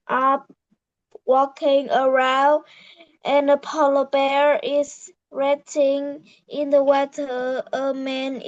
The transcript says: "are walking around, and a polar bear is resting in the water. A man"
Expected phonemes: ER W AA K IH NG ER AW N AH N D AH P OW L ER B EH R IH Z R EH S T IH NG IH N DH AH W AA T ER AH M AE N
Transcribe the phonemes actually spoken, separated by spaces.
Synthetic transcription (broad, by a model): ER W AA K IH NG ER AW N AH N AH P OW L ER B EH R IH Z R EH T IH NG IH N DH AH W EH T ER AH M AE N